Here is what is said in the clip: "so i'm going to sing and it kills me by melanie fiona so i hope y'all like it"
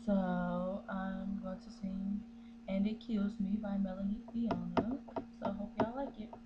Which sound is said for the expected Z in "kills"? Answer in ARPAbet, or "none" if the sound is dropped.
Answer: Z